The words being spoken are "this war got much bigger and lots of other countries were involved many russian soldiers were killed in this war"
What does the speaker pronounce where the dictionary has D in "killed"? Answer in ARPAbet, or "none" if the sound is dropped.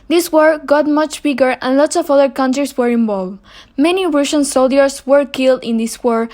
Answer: D